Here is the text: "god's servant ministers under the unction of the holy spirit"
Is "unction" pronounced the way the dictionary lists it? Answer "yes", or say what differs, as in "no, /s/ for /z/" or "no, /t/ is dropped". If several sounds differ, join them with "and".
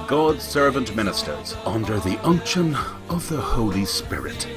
yes